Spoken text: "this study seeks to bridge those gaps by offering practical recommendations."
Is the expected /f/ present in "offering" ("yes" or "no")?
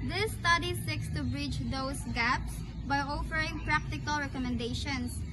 yes